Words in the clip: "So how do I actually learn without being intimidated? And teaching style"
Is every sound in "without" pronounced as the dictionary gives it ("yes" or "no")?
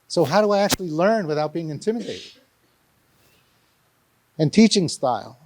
yes